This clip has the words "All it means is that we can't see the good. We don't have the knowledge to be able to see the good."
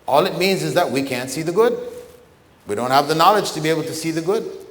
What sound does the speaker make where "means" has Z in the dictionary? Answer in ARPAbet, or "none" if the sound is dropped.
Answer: Z